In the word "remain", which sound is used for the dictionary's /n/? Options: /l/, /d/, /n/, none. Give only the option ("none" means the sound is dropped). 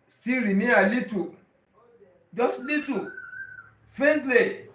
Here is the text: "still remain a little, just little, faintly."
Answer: none